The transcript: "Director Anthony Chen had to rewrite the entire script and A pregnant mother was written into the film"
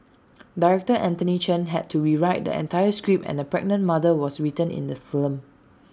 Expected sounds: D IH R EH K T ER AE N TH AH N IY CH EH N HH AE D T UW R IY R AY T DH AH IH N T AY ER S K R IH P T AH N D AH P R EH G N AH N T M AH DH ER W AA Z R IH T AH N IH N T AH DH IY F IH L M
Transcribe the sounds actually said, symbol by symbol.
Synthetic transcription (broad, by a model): D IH R EH K T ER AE N T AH N IY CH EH N HH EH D T UW R IY R AY T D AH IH N T AY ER S K R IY P AH N D AH P R EH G N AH N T M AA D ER W AA S R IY T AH N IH N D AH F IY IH L M